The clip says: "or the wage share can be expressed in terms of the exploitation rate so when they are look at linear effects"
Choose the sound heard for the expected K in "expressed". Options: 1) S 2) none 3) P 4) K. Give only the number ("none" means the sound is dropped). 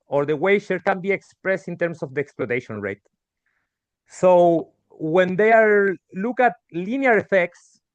4